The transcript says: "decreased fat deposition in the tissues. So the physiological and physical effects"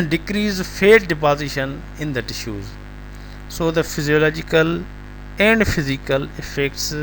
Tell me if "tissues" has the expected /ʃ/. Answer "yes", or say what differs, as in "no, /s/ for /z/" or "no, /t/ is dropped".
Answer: yes